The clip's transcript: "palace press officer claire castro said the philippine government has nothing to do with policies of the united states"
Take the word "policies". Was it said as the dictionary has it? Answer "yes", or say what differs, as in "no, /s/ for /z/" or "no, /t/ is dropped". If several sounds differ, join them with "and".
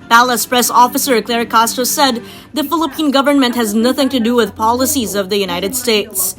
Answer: yes